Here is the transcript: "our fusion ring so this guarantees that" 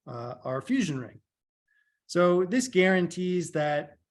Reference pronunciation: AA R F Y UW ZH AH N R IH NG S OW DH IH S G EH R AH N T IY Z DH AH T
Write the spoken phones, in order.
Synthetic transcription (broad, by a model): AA R F Y UW ZH AH N R IH NG S OW DH IH S G EH R AH N T IY Z DH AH T